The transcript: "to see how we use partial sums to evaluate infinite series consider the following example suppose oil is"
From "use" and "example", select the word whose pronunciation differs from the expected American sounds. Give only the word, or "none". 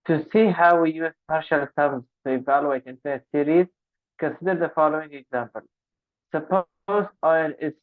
none